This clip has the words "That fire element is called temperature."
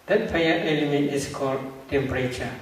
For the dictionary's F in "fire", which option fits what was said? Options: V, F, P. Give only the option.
P